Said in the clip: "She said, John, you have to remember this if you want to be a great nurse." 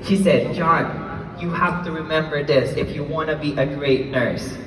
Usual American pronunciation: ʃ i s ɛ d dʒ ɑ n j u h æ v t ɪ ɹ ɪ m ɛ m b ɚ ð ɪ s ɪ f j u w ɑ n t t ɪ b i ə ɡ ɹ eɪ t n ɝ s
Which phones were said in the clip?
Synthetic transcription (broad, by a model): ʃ i s ɛ d dʒ ɑ n j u h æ f t ɪ ɹ ɪ m ɛ m b ɚ ð ɪ s ɪ f j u w ɑ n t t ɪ b i ə ɡ ɹ eɪ t n ɝ s